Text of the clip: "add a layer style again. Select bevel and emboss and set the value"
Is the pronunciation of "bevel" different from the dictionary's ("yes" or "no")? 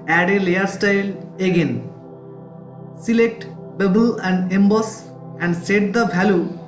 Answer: yes